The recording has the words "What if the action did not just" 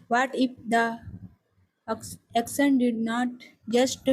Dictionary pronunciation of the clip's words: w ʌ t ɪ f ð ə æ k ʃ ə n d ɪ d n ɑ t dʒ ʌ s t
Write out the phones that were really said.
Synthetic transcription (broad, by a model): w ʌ t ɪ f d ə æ k s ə n d ɪ d n ɑ t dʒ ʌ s t